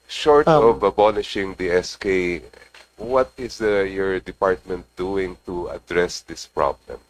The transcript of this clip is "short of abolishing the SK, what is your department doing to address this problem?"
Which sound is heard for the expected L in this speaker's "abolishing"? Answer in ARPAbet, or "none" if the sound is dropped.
N